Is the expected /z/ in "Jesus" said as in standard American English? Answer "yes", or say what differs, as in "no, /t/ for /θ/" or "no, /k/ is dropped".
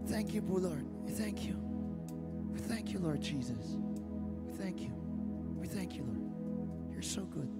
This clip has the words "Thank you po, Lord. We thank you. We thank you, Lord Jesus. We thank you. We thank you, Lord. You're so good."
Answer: yes